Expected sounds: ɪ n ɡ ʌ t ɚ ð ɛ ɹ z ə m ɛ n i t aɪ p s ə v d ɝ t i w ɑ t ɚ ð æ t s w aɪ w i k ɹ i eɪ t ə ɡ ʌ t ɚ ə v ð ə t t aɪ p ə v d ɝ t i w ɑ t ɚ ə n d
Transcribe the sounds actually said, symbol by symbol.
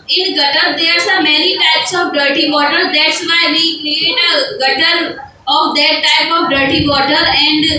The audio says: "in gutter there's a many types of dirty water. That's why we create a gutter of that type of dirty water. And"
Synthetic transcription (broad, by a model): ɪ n ɡ ʌ t ɚ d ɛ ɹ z ə m ɛ n i t aɪ p s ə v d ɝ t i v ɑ t ɚ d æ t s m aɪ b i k l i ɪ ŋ ə ɡ ʌ t ɚ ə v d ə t t aɪ p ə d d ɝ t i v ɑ t ɚ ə n d